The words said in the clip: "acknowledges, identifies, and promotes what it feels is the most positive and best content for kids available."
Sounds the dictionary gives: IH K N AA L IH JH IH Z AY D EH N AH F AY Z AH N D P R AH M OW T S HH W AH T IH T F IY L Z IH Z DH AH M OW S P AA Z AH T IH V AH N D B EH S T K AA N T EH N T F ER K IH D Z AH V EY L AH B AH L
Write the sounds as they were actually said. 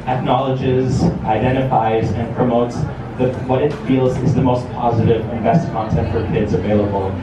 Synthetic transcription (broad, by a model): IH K N AA L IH JH IH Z AY D EH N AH F AY Z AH N P R AH M OW T S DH W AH T IH T F IY L Z IH Z DH AH M OW S P AA Z AH T IH V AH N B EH S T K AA N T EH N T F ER K IH D Z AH V EY L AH B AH L